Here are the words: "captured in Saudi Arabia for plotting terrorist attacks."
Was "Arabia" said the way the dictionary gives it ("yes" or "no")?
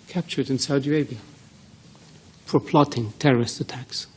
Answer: no